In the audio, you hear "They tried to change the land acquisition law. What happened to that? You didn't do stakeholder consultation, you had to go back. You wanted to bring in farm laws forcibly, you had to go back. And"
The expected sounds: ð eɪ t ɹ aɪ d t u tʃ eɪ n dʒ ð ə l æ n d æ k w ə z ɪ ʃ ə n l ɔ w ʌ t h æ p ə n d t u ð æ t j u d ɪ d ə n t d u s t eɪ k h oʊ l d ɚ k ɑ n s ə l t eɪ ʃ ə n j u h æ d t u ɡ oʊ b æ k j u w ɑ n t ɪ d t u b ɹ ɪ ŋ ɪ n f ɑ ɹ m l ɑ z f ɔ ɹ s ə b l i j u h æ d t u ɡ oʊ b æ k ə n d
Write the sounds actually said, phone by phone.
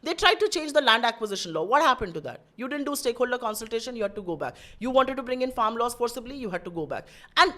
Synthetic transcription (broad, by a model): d eɪ t ɹ aɪ d t u tʃ eɪ n dʒ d ə l æ n d æ k w ə z ɪ ʃ ə n l ɔ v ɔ t h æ p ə n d t u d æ t j u d ɪ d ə n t d u s t eɪ k h oʊ l d ɚ k ɑ n s ə l t eɪ ʃ ə n j u h æ d t u ɡ oʊ b æ k j u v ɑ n t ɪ d t u b ɹ ɪ ŋ ɪ n f ɑ ɹ m l ɑ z f ɔ ɹ s ə b l i j u h æ d t u ɡ oʊ b æ k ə n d